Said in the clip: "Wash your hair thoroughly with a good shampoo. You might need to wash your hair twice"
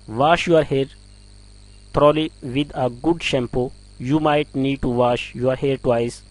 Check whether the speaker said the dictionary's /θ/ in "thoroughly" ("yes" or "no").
no